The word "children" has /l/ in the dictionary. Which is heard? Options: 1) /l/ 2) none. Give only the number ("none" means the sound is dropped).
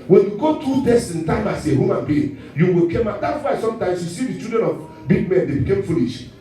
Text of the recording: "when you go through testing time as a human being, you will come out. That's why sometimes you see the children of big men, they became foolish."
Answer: 2